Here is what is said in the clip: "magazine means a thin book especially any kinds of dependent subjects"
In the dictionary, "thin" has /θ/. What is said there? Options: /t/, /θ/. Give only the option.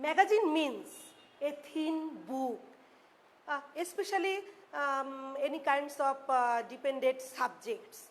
/t/